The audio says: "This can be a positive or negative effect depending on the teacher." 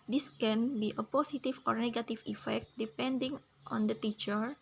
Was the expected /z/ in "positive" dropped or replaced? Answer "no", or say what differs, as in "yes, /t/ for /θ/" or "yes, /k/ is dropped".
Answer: yes, /s/ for /z/